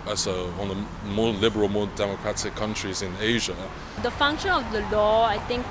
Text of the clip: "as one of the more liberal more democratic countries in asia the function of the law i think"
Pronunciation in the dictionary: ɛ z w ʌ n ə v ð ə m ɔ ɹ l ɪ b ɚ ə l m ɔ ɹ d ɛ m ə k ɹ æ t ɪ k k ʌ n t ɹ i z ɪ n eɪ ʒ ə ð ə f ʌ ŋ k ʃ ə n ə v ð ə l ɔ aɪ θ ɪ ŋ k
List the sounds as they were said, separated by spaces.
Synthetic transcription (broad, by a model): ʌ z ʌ ə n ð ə m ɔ l ɪ b ɚ ə l m ɔ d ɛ m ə k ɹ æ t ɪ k k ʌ n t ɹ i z ɪ n eɪ ʒ ə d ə f ʌ ŋ k ʃ ə n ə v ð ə l ɔ aɪ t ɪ ŋ k